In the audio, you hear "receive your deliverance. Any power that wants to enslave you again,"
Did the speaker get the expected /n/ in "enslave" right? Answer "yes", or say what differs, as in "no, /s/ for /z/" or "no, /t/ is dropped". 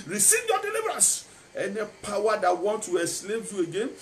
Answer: no, /n/ is dropped